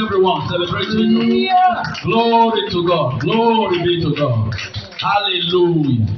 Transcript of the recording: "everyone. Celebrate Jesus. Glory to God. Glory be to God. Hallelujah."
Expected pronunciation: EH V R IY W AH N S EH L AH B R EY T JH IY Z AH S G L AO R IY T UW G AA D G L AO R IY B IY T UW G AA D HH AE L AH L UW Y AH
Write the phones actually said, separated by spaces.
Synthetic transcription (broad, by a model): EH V R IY W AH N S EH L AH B R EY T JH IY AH G L AO R IY T UW G AA D G L AO R IY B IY T UW G AA D HH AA L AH L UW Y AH